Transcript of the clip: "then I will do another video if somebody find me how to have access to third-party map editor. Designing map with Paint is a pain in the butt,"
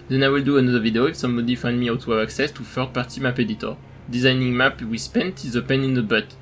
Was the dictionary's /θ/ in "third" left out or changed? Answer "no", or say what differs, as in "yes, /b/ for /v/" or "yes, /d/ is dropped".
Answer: yes, /f/ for /θ/